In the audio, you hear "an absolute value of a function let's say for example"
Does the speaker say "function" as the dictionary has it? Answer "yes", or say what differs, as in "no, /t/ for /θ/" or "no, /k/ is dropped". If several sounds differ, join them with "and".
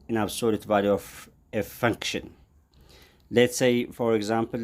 yes